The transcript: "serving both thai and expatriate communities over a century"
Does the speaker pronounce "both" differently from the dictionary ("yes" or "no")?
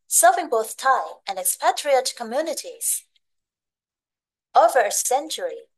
no